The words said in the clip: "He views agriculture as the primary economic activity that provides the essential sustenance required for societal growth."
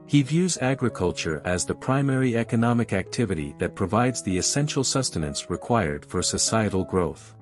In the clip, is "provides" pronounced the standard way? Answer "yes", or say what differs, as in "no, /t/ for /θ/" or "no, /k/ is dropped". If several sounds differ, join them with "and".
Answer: yes